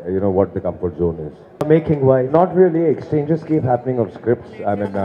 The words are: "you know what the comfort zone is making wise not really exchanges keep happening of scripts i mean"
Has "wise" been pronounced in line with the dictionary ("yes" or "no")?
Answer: no